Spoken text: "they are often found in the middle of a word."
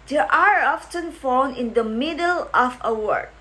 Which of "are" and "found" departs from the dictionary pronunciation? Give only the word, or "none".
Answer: found